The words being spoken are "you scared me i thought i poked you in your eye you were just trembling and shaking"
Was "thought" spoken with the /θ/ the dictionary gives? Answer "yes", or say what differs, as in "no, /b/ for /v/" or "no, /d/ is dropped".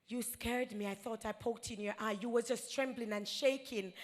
yes